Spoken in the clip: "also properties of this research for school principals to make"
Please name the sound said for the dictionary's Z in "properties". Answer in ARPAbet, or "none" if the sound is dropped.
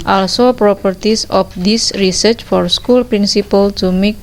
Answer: S